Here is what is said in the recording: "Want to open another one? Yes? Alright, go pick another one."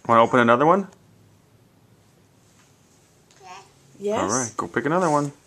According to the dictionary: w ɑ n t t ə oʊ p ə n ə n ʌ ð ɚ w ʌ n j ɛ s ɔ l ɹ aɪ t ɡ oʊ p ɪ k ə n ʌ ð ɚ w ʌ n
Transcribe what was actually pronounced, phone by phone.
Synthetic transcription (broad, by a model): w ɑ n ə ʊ p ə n ə n ʌ ð ɚ w ʌ n j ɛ ɔ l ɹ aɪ t ɡ oʊ p ɪ k ə n ʌ ð ɚ w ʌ n